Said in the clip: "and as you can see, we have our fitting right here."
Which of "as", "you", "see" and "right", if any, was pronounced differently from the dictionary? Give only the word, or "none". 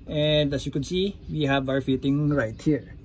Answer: as